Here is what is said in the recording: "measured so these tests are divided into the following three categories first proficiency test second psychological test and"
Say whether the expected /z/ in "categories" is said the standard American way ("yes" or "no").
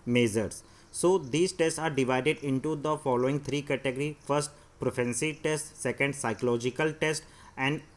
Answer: no